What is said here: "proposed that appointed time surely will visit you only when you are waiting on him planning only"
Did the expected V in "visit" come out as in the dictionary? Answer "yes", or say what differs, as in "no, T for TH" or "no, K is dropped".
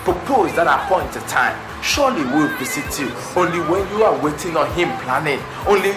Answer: no, P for V